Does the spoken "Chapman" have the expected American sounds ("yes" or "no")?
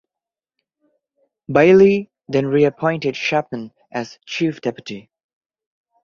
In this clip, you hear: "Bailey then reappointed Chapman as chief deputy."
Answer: no